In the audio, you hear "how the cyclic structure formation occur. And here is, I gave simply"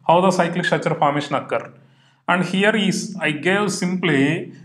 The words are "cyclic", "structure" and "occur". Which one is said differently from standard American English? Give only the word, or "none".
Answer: structure